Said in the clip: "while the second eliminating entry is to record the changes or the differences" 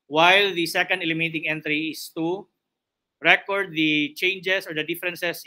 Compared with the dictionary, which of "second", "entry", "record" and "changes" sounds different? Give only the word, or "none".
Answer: changes